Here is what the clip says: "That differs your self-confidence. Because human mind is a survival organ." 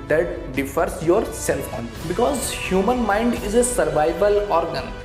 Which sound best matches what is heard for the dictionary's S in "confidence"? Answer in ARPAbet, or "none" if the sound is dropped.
none